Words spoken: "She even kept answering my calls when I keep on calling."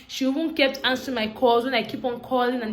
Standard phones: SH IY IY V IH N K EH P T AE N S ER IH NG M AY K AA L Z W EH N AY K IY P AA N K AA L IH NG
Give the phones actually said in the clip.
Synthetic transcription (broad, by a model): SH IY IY W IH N K EH P T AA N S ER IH M AY K AA L Z W EH N AY K IY P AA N K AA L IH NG